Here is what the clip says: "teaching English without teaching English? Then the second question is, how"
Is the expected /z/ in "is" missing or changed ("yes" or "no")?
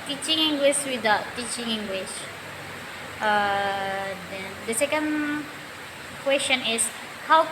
yes